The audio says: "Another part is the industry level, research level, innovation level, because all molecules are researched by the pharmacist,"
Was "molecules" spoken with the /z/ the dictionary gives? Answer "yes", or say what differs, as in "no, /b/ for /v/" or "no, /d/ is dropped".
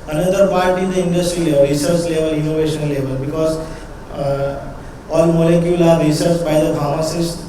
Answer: no, /z/ is dropped